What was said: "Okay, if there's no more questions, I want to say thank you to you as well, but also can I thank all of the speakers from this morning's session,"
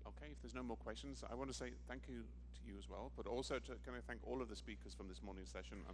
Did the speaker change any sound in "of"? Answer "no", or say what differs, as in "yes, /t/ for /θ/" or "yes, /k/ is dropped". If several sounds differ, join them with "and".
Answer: no